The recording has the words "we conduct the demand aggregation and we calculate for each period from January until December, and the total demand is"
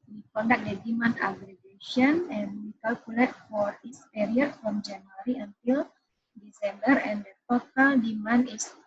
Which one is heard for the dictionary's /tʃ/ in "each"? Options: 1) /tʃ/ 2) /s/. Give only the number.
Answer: 2